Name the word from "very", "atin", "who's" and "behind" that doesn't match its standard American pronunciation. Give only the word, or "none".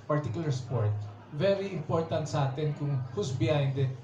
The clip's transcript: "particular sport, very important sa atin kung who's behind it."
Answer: who's